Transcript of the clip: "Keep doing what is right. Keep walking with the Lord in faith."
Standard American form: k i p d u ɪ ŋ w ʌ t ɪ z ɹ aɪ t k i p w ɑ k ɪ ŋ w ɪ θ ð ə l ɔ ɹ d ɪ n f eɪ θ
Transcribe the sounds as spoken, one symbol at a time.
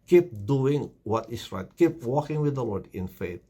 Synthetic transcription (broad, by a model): k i p d u ɪ ŋ w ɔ t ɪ s ɹ aɪ t k i p w ɑ k ɪ ŋ w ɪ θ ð ə l ɔ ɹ d ɪ n f eɪ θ